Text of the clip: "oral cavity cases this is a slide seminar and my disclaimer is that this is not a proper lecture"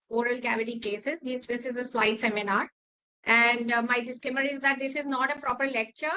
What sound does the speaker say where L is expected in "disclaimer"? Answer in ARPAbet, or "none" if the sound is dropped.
none